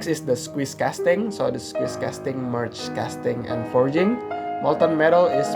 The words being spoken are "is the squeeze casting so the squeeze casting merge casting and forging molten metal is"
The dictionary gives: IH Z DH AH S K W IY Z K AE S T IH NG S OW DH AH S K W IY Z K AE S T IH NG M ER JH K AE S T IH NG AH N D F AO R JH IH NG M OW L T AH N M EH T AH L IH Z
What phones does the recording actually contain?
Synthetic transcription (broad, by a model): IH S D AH S K W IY S K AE S T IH NG S OW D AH S K W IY S K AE S T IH NG M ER CH K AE S T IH NG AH N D F AO R JH IH NG M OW L T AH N M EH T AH L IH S